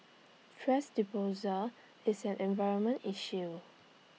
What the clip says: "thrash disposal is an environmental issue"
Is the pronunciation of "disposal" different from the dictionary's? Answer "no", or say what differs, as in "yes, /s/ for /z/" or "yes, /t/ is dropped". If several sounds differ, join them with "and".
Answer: yes, /s/ is dropped